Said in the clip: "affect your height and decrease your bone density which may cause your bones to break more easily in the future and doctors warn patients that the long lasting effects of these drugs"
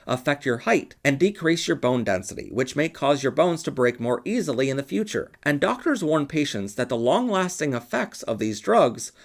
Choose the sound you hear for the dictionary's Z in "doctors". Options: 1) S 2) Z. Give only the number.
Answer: 2